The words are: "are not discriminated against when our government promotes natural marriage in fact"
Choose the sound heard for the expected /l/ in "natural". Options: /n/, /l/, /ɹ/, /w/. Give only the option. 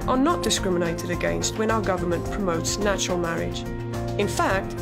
/l/